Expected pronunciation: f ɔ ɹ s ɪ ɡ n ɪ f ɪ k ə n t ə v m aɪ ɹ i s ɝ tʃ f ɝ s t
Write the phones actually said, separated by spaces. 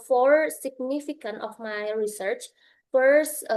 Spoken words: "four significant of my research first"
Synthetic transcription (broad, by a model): f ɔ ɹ s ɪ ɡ n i f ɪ k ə n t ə f m aɪ ɹ i s ɝ tʃ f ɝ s